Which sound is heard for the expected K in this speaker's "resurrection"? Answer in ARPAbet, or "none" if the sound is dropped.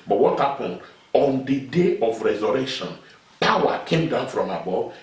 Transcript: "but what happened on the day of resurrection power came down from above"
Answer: none